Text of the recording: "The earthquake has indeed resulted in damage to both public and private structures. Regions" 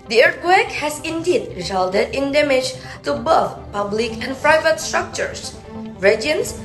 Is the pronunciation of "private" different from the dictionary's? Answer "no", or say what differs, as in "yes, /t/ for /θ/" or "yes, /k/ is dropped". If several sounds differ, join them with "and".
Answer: no